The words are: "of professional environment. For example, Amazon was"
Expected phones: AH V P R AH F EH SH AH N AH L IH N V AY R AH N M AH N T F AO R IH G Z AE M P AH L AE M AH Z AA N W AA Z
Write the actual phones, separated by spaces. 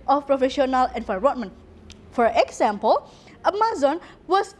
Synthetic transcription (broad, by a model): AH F P R AH F EH SH AH N AH L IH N F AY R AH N M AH N F AO R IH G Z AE M P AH L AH M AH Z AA N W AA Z